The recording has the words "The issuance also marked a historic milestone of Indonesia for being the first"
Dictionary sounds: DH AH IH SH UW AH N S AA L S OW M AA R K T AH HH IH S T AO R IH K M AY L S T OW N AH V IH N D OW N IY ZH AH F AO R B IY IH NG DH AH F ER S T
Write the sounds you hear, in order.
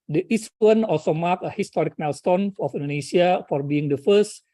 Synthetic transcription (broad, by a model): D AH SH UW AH N AA L S OW M AA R K AH HH IH S T AO R IH K M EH L S T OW N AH F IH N D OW N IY S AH F AO R B IY IH NG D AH F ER S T